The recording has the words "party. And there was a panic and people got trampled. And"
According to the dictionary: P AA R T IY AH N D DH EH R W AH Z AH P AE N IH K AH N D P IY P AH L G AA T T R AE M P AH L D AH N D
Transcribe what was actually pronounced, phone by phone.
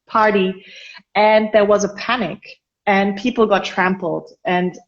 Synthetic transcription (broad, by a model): P AA R T IY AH N DH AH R W AH Z AH P AE N IH K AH N P IY P L G AA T T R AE M P L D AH N